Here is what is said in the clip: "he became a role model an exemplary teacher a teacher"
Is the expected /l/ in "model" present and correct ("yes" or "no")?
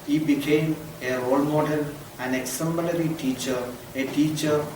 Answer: no